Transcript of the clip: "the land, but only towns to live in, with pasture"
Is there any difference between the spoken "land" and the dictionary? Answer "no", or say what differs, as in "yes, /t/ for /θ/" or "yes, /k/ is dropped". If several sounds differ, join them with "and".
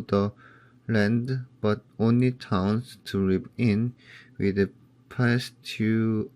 no